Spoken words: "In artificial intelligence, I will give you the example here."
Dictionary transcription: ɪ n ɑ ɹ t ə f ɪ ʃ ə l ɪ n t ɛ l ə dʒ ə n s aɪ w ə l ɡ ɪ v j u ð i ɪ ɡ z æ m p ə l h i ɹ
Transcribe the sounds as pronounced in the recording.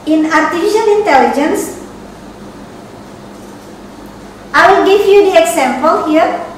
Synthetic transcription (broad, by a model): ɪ n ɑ ɹ t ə f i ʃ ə l ɪ n t ɛ l ə dʒ ə n s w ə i ɡ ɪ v j u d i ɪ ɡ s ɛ m p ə l h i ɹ